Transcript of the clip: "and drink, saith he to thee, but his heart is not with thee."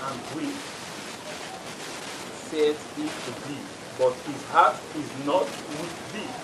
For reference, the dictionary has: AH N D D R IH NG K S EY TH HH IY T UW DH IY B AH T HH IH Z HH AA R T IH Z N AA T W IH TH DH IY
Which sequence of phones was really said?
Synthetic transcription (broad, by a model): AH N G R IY K S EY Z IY T UW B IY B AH T HH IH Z HH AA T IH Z N AA T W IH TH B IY